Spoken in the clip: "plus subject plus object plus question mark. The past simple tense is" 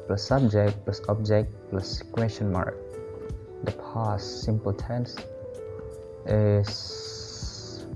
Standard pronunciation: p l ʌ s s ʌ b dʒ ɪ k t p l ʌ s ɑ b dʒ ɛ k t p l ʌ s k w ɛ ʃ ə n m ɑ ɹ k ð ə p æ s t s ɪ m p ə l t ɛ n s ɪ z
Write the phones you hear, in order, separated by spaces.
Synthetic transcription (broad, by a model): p l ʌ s s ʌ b dʒ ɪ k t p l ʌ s ɑ b dʒ ɛ k t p l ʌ s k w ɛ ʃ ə n m ɑ ɹ k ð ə p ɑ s s ɪ m p ə l t ɛ n s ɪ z